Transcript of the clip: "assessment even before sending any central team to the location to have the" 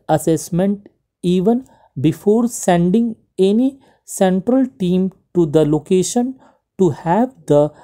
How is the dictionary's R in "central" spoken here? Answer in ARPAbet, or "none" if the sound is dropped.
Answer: R